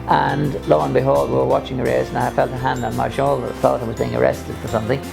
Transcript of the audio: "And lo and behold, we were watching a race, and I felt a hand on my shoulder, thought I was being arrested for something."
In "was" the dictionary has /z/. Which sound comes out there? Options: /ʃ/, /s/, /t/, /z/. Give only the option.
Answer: /z/